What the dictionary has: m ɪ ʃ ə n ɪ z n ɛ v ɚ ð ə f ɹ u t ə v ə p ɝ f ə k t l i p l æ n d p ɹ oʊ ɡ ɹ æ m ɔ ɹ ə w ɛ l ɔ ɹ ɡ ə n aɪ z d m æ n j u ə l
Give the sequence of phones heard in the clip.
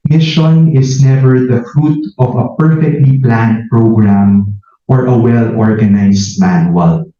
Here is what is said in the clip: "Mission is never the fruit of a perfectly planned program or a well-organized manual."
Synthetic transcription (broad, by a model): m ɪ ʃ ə n ɪ s n ɛ v ɚ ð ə f ɹ u t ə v ə p ɝ f ə k t l i p l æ n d p ɹ oʊ ɡ ɹ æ m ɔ ɹ ə w ɛ l ɔ ɹ ɡ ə n aɪ s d m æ n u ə l